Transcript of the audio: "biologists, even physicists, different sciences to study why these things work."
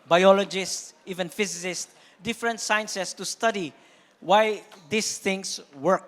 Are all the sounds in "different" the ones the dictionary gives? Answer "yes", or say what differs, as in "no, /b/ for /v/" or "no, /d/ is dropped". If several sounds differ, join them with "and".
yes